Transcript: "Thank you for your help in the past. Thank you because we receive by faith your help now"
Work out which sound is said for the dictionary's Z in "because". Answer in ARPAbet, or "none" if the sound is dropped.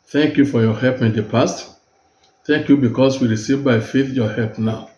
S